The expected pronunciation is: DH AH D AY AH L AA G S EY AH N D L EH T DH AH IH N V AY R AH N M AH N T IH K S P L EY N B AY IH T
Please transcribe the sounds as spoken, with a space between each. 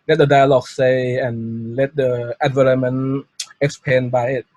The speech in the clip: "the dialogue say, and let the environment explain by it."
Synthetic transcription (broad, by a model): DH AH D AY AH L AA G S EY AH N L EH T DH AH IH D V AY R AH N M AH N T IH K S P EY N B AY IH T